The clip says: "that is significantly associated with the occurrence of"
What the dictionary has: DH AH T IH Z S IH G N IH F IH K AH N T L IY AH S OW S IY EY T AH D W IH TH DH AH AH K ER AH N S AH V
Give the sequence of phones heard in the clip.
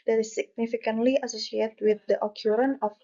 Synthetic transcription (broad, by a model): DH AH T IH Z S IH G N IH F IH K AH N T L IY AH S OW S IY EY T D W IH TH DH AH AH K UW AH N AH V